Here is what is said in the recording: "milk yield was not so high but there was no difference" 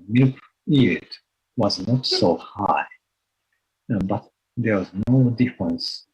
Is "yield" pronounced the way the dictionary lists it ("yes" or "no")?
no